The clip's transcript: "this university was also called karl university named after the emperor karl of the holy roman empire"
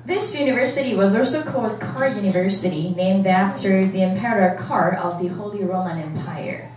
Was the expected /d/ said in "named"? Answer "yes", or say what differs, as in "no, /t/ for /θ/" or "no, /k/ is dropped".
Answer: yes